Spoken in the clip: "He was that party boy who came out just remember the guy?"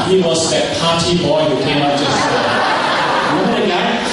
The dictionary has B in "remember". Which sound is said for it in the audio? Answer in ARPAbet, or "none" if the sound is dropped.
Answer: none